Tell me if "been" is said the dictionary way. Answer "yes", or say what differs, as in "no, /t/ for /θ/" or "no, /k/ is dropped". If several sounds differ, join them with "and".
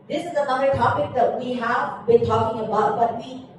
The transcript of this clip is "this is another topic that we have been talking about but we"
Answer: yes